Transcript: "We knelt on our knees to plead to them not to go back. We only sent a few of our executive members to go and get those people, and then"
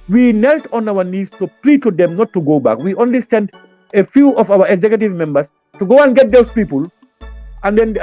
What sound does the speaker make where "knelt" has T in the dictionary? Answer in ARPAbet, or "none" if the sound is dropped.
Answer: T